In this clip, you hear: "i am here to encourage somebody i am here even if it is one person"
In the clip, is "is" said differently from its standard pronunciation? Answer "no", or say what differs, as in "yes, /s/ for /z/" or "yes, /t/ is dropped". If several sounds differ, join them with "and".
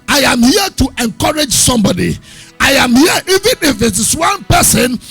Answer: yes, /s/ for /z/